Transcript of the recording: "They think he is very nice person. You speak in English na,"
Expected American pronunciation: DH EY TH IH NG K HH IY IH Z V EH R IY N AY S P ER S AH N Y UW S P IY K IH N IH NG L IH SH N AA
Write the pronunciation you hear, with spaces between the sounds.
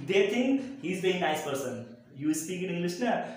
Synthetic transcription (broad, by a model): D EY T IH NG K HH IY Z B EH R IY N AY S P ER S AH N Y UW S P IY K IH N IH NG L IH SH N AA